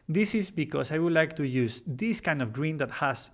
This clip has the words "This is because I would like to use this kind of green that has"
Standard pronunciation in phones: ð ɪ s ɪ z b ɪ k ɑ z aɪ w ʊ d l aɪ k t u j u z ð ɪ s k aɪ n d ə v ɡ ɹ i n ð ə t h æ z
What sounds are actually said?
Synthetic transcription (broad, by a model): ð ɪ s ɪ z b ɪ k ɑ s aɪ w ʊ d l aɪ k t u j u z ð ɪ s k aɪ n d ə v ɡ ɹ i n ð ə t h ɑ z